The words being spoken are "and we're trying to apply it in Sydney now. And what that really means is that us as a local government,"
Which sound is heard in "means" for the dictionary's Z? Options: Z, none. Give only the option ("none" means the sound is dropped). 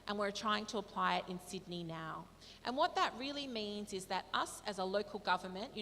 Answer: Z